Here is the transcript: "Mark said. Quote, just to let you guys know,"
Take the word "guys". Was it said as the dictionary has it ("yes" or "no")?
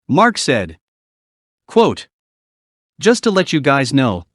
yes